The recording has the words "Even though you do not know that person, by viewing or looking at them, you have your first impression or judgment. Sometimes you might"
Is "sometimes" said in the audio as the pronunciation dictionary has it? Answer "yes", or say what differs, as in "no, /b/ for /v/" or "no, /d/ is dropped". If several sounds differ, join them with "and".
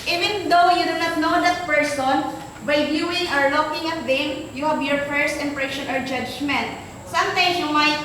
no, /s/ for /z/